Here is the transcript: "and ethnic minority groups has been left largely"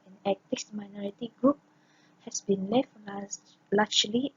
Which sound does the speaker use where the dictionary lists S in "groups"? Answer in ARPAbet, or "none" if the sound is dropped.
none